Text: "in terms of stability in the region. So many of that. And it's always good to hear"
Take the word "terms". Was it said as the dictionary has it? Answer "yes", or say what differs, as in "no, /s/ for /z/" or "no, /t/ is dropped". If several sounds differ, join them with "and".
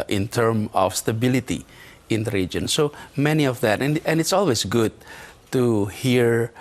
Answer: no, /z/ is dropped